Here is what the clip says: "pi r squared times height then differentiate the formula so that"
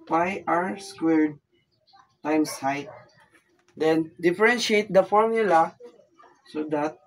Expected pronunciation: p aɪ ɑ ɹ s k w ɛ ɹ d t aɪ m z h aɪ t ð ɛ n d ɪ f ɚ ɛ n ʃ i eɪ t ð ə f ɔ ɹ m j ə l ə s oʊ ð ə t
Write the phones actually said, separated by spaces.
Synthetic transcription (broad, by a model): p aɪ ɑ ɹ s k w ɛ ɹ d t aɪ m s aɪ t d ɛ n d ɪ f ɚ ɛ n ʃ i eɪ t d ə f ɔ ɹ m j ə l ə s oʊ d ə t